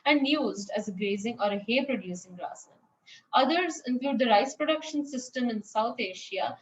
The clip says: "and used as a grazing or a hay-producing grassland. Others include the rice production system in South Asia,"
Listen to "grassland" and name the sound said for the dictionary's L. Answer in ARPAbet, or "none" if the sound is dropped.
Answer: none